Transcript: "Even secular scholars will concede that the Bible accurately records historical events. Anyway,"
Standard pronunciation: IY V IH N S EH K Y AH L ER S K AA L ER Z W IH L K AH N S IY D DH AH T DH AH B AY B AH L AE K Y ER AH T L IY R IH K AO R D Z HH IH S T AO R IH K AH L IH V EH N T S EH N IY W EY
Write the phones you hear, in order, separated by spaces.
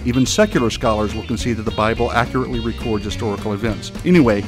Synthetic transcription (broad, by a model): IY V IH N S EH K Y L ER S K AA L ER Z W IH L K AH N S IY DH AH T DH AH B AY B L AE K Y ER AH T L IY R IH K AO R D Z HH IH S T AO R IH K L IH V EH N T S EH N IY W EY